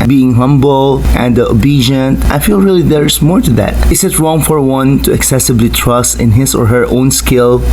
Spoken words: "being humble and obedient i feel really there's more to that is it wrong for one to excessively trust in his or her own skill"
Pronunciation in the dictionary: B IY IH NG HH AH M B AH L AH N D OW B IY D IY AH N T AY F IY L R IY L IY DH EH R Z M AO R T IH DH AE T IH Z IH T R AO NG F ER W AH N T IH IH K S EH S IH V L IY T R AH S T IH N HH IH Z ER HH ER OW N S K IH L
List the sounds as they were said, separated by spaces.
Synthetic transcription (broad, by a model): B IY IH NG HH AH M B L AH N D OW B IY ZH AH N T AY F IY L R IY L IY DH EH R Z M AO R T IH DH AE T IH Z IH T R AO NG F ER W AH N T IH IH K S EH S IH B L IY T R AH S T IH N HH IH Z ER HH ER OW N S K IH L